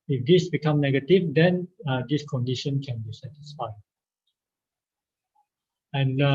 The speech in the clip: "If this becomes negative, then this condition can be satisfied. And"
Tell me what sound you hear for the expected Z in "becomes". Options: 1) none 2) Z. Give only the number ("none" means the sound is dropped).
1